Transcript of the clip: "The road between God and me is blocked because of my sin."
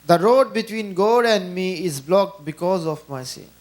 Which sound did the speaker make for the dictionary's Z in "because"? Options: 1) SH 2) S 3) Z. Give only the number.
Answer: 3